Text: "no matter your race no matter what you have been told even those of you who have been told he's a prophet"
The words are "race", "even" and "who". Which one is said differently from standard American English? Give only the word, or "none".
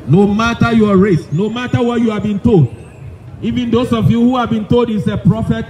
none